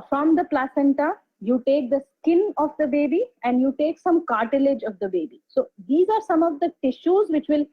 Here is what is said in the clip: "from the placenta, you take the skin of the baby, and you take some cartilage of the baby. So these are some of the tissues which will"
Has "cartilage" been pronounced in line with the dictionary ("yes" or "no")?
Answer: yes